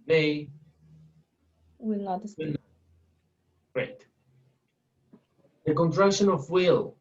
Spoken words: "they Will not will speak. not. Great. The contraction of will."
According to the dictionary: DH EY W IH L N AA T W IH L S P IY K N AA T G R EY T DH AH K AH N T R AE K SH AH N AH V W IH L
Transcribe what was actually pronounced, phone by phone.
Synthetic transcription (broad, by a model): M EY W IH L N AA T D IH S IY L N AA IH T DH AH K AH N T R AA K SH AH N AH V W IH L